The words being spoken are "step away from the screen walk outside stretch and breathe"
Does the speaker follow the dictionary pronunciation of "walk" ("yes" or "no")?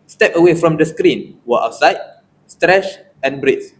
no